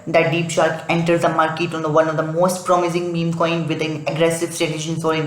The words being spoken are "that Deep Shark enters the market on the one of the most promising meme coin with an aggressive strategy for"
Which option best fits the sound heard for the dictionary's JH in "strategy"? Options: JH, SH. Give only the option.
SH